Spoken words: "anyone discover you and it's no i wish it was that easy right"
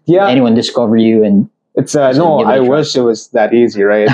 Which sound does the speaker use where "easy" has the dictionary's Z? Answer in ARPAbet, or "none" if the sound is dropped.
Z